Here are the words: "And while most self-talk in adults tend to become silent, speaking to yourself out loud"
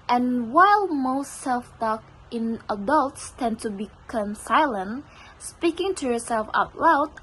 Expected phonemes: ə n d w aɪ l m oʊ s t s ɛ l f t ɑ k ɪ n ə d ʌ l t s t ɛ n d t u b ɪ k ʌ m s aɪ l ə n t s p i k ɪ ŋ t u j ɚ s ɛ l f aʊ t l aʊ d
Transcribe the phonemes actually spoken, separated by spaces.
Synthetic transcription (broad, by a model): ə n w aɪ l m oʊ s t s ɛ l f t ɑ k ɪ n ə d ʌ l t s t ɛ n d t u b ɪ k ʌ m s aɪ l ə n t s p i k ɪ ŋ t u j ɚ s ɛ l f aʊ t l aʊ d